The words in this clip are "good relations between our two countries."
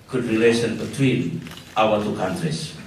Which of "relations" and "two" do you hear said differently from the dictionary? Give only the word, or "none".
relations